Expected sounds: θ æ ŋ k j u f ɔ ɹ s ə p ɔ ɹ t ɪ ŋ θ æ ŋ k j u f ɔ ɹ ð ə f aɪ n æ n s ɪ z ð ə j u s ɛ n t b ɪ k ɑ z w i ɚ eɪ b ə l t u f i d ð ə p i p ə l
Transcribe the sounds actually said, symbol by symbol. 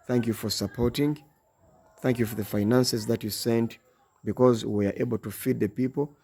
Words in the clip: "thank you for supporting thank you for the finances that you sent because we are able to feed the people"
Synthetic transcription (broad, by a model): θ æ ŋ k j u f ɔ ɹ s ə p ɔ ɹ t ɪ ŋ θ æ ŋ k j u f ɔ ɹ ð ə f aɪ n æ n s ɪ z ð ə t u s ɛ n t b ɪ k ɑ z w i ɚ eɪ b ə l t u f i d ð ə p i p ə l